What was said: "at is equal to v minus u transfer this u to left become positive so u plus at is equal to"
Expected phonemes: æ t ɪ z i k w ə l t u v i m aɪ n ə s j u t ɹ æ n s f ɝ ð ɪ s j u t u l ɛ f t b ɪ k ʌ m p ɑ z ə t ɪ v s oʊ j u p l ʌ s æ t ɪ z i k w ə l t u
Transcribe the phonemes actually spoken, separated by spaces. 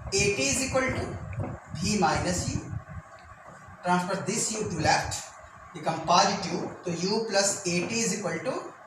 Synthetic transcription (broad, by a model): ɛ t ɪ z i k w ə l t u b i m aɪ n ə s j u t ɹ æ n s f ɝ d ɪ s j u t u l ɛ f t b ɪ k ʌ m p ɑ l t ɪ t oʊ j u p l ʌ s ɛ t ɪ z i k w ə l t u